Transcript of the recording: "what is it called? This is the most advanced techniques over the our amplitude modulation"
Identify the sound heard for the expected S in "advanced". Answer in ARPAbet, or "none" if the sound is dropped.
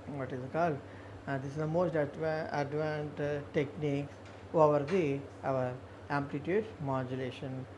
none